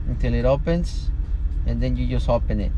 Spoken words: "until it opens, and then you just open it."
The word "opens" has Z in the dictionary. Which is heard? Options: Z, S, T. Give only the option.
S